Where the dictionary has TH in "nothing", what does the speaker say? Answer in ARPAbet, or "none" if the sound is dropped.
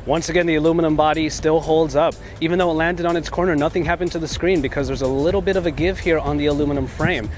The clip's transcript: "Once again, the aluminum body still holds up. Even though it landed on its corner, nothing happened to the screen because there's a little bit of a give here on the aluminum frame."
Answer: TH